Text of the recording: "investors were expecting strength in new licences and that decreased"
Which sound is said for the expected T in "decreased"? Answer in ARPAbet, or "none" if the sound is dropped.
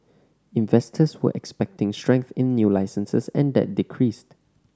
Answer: T